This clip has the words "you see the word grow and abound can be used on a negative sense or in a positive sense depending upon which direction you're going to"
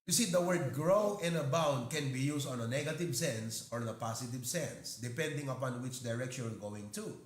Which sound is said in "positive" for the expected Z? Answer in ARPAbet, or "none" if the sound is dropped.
S